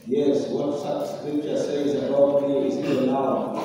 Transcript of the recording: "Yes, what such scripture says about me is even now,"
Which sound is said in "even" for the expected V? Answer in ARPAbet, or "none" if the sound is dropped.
none